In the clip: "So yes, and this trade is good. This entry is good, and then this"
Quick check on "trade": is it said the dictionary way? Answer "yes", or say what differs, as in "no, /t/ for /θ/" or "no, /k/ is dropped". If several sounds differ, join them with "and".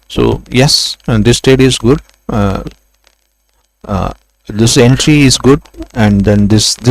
no, /ɹ/ is dropped